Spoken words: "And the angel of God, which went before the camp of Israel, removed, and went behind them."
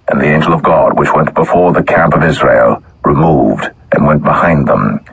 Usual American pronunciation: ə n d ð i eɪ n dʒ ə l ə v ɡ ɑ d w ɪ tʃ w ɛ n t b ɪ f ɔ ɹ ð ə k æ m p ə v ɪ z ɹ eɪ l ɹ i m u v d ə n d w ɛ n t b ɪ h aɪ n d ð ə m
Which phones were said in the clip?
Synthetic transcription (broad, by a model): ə n ð i eɪ n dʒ l ə v ɡ ɑ d w ɪ tʃ w ɛ n b ɪ f ɔ ɹ ð ə k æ m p ə v ɪ z ɹ eɪ l ɹ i m u v d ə n w ɛ n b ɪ h aɪ n ð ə m